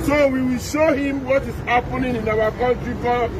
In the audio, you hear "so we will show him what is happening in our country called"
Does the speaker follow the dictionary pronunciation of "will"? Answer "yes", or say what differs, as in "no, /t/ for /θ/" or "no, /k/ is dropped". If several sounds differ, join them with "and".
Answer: yes